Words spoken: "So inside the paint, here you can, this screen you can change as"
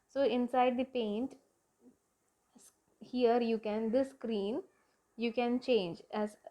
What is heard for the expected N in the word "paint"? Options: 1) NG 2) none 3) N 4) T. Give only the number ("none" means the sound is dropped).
3